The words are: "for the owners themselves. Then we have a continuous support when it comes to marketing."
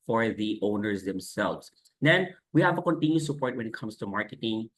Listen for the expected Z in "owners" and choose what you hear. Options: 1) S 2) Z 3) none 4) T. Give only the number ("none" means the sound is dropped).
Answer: 2